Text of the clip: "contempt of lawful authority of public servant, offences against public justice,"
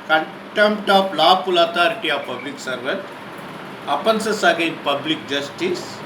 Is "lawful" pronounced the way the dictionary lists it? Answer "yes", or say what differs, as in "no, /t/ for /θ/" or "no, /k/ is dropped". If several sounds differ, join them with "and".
no, /p/ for /f/